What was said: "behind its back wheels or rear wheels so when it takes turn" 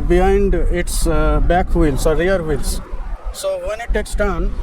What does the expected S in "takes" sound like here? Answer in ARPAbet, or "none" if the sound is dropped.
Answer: S